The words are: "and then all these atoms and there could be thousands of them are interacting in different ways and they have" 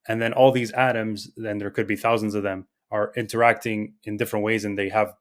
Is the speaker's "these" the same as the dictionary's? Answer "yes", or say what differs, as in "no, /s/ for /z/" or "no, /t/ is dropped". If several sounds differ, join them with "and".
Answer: yes